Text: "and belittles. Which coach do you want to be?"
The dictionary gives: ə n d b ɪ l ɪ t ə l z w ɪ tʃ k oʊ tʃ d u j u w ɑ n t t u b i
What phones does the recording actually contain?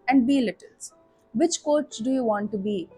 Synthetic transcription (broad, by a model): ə n d b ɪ l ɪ t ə l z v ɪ tʃ k oʊ s d u j u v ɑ n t t u b i